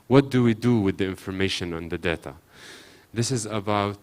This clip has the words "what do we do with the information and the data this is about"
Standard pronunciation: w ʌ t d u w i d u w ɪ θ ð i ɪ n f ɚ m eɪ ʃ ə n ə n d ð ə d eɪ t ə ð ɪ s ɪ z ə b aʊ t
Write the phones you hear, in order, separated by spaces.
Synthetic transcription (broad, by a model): w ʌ t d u w i d u w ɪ ð i ɪ n f ɚ m eɪ ʃ ə n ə n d ð ə d eɪ t ə ð ɪ s ɪ z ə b aʊ t